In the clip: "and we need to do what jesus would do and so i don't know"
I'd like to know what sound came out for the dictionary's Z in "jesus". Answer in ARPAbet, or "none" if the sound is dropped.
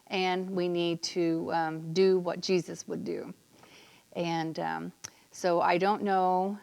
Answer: Z